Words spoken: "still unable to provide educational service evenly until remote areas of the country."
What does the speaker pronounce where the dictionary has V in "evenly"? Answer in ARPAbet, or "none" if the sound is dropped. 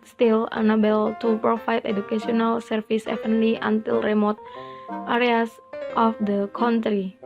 F